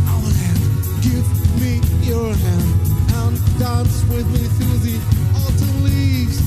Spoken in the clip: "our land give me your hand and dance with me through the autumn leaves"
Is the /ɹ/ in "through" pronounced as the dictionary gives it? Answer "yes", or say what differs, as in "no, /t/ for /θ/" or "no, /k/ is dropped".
no, /ɹ/ is dropped